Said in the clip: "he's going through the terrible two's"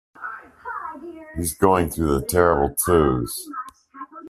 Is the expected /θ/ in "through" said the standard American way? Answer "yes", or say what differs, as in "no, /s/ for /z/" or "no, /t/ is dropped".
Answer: yes